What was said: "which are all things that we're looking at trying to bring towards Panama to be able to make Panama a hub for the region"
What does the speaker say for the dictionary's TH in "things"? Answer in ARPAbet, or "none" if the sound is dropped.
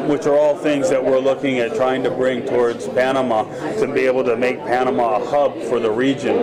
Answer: TH